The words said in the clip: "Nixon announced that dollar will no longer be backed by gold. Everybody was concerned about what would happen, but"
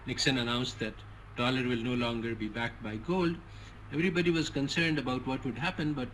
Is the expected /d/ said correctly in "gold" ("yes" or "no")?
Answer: yes